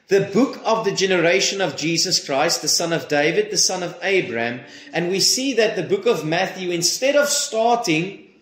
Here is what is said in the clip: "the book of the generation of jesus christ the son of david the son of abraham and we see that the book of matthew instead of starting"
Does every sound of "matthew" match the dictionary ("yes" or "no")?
yes